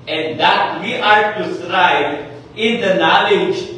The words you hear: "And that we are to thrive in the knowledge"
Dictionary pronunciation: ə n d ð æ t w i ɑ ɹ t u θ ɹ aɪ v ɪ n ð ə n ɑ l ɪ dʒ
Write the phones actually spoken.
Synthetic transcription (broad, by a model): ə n d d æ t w i ɑ ɹ t u s ɹ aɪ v ɪ n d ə n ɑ l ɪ dʒ